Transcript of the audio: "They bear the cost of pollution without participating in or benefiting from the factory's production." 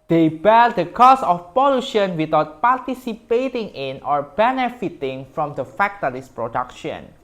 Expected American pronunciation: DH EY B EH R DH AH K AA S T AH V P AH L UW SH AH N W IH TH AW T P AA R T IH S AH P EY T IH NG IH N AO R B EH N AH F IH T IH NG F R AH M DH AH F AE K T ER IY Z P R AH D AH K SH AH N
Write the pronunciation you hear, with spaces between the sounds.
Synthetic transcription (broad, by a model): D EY B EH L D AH K AA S AH F P AH L UW SH AH N W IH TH AW T P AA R T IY S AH P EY T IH NG IH N AO R B EH N AH F IH T IH NG F R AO M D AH F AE K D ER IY S P R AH D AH K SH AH N